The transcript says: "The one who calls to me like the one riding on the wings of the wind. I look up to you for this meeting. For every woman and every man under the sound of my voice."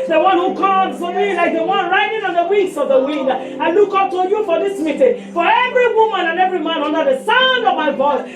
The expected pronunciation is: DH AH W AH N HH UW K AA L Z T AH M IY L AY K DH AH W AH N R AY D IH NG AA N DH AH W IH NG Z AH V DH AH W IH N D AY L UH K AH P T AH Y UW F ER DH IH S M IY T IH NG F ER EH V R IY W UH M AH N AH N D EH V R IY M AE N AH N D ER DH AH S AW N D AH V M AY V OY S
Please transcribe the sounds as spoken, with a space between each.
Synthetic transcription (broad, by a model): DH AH W AH N HH UW K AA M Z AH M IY L AY K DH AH W AH N R AY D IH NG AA N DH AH W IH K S AH V DH AH W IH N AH AY L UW K AH P T AH Y UW F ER DH IH S M IY T IH NG F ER EH V R IY W UH M AH N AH N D EH V R IY M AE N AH N D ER DH AH S AW N D AH V M AY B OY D